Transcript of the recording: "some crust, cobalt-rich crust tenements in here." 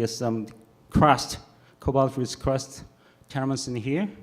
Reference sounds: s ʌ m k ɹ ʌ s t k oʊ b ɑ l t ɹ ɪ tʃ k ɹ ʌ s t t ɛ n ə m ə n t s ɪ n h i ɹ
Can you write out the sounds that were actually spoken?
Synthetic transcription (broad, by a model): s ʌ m k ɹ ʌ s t k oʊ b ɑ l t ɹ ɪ s k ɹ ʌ s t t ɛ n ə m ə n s ɪ n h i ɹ